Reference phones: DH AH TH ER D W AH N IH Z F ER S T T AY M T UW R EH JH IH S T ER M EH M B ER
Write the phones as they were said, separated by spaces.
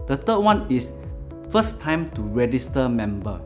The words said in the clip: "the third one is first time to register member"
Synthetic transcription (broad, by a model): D AH T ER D W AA N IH S F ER S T T AY M T UW R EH JH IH S T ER M EH M B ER